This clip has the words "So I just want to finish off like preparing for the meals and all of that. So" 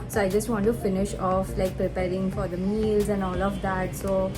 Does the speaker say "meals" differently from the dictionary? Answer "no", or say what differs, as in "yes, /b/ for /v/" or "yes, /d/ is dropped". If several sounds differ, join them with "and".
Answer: no